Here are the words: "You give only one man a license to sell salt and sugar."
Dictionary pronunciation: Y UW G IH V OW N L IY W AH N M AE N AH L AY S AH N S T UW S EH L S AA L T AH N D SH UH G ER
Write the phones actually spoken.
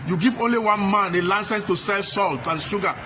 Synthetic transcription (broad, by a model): Y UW G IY V OW N L IY W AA N M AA N AH L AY S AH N S T UW S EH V S AA L T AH N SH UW G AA